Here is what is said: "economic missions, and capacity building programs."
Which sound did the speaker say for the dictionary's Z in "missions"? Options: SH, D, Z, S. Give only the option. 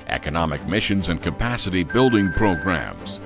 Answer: Z